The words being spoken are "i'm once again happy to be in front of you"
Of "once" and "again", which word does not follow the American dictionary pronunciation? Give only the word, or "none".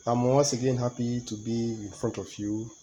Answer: once